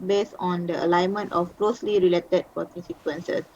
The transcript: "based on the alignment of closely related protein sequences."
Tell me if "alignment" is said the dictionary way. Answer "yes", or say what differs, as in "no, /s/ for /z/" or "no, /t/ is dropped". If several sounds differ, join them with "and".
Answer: yes